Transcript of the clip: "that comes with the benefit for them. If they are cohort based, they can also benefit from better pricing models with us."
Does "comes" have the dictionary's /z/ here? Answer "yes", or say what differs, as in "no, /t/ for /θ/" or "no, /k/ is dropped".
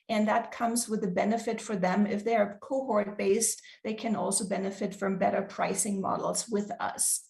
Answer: yes